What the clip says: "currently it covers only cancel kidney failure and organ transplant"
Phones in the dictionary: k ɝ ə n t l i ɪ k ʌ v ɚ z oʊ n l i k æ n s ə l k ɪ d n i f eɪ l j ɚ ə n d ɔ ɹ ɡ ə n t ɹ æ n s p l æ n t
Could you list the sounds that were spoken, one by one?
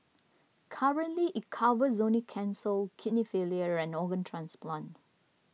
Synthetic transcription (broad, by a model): k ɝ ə n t l i ɪ k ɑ v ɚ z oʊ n i k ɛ n s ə l k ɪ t n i f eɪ l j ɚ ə n ɔ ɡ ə n t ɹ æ n s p l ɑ n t